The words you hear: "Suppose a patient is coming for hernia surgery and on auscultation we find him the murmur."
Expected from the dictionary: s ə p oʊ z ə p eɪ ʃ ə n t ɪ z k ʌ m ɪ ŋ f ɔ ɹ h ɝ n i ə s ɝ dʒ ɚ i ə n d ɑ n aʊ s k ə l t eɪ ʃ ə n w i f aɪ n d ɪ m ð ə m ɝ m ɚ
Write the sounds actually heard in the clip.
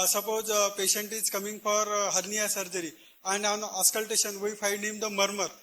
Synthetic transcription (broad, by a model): s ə p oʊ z p eɪ ʃ ə n t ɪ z k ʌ m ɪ ŋ f ɔ ɹ h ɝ n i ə s ɝ dʒ ɚ i ə n d ɑ n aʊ s k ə l t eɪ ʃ ə n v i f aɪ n ɪ m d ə m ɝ m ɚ